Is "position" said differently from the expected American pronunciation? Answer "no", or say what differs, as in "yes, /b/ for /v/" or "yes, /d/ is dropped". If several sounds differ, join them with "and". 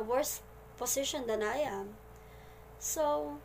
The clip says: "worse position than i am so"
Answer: yes, /s/ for /z/